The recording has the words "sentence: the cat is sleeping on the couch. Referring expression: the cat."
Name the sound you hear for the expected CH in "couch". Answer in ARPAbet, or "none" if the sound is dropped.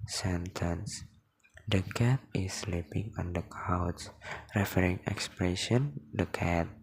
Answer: S